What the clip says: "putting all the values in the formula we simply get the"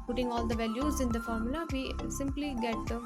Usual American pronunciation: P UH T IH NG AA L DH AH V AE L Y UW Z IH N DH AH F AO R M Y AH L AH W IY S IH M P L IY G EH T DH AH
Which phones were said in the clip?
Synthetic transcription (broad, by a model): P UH T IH NG AA L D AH V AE L Y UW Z IH N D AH F AO R M Y AH L AH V IY S IH M P L IY G EH T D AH